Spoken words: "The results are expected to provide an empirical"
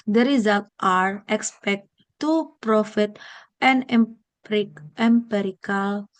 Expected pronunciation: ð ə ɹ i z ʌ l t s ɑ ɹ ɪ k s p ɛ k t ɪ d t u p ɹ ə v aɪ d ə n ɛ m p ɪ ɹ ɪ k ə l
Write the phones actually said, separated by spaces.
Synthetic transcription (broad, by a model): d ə ɹ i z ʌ l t ɑ ɹ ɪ k s p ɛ k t t u p ɹ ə f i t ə n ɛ m p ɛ ɹ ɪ k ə l